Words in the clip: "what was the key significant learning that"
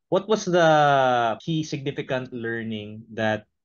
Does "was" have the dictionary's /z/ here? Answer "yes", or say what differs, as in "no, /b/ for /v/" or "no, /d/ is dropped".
no, /s/ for /z/